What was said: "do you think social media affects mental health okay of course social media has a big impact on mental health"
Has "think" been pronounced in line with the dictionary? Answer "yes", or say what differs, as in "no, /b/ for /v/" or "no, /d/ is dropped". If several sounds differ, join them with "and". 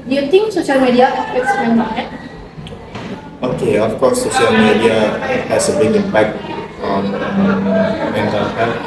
no, /t/ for /θ/